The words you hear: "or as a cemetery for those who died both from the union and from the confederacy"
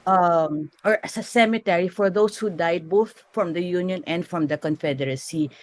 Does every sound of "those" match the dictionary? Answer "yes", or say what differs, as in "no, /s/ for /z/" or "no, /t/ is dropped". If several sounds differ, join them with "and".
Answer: no, /s/ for /z/